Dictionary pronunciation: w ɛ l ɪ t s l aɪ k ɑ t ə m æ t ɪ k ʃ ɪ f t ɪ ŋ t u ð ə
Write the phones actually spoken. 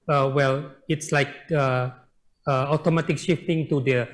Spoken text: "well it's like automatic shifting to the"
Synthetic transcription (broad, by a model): w ɛ l ɪ t s l aɪ k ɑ t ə m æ t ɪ k ʃ ɪ f t ɪ ŋ t u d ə